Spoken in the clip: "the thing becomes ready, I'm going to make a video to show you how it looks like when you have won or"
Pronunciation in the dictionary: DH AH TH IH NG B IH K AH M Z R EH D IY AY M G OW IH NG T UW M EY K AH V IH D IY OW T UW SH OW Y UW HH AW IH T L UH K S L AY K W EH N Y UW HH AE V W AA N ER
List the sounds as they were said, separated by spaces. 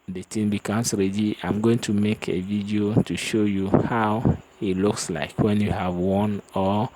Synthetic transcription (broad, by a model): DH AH T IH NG B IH K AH M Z R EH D IY AY M G OW IH NG T UW M EY K AH V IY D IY OW T UW SH OW Y UW HH AW IH T L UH K S L AY K W EH N Y UW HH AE V W AA N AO